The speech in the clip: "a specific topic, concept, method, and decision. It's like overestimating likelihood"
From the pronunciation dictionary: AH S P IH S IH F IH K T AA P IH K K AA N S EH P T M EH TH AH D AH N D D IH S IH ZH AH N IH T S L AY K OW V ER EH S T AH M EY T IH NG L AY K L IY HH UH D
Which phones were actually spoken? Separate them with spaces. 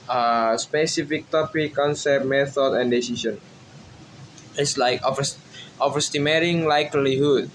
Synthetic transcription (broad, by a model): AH S P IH S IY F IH K T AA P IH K K AA N S EH P T M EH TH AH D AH N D D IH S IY S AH N IH T S L AY K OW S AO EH S T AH M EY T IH NG L AY K L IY HH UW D